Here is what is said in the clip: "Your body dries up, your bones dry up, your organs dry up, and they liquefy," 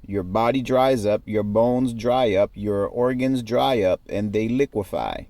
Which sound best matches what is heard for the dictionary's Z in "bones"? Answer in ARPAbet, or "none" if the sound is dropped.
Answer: Z